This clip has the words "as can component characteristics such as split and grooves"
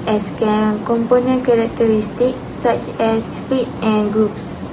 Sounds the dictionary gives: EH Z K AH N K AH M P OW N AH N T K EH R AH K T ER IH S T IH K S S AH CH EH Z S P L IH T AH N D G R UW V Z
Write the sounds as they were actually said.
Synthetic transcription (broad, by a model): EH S K AH N K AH M P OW N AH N K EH R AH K T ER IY S T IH K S S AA CH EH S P IY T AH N G R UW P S